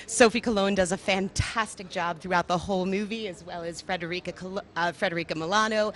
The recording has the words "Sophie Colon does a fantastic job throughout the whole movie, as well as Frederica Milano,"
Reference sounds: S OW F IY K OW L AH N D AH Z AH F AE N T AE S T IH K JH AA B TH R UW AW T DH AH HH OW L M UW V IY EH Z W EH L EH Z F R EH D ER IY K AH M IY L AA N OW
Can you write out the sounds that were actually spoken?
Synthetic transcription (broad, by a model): S OW F IY K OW L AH N D AH Z AH F AE N T AE S T IH K JH AA B TH R UW AW T DH AH HH OW L M UW V IY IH Z W EH L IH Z F R EH D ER IY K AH M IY L AA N OW